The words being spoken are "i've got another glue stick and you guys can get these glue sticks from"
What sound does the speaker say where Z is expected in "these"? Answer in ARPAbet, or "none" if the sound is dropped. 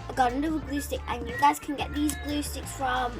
Z